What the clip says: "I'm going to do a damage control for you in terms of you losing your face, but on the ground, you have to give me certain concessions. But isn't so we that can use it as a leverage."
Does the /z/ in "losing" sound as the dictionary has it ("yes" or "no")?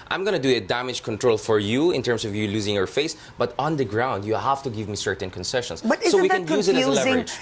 yes